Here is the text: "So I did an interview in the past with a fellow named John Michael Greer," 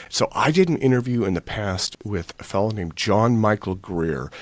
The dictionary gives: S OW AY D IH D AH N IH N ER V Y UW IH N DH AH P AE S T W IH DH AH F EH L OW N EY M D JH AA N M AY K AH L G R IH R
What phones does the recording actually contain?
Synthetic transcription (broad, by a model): S OW AY D IH D N IH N ER V Y UW IH N DH AH P AE S T W IH DH AH F EH L OW N EY M JH AA N M AY K L G R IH R